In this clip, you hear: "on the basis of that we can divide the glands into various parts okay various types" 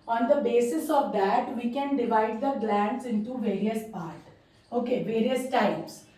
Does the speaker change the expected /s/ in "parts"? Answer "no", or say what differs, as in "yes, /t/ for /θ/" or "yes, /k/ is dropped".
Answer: yes, /s/ is dropped